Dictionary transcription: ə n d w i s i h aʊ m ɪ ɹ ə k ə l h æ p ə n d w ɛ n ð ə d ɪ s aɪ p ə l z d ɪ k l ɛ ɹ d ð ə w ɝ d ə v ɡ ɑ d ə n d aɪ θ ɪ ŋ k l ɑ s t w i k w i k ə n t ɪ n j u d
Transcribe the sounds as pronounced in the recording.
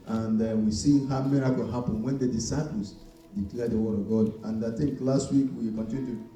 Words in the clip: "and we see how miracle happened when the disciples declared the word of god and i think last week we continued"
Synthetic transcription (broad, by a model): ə n d w i s i h aʊ m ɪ ɹ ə k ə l h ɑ p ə n w ɛ n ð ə d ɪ s aɪ p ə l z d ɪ k l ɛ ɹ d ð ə w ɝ d ə v ɡ ɑ d ə n d aɪ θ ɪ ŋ k l ɑ s t w i k w i k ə n t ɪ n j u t